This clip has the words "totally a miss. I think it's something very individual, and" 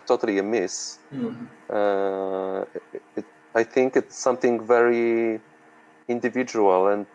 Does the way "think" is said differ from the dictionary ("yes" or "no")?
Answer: no